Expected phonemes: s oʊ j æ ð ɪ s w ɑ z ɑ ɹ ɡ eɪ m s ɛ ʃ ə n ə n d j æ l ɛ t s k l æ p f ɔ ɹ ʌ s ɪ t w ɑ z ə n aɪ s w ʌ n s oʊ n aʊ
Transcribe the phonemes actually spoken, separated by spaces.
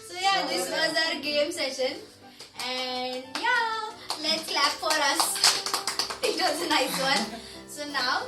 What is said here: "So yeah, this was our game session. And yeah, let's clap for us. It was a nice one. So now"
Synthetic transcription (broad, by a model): s oʊ j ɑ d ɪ s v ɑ z ɑ ɹ ɡ eɪ m s ɛ ʃ ə n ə n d j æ l ɛ t s k l æ p f ɔ ɹ ʌ s ɪ t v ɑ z ə n aɪ s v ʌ n s oʊ n aʊ